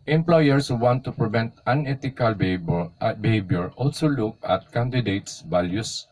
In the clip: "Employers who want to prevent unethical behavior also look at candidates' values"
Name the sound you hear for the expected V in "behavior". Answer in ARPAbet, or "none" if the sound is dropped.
B